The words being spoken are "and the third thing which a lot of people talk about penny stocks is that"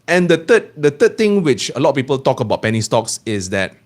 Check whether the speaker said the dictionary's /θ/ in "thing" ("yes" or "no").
no